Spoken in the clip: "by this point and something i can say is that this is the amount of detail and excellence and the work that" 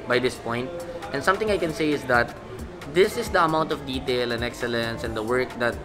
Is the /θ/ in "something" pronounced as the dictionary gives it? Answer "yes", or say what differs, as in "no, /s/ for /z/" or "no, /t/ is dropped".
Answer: no, /t/ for /θ/